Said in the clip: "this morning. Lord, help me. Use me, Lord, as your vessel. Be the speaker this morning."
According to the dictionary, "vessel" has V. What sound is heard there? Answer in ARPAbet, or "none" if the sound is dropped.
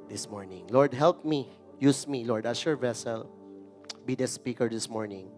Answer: V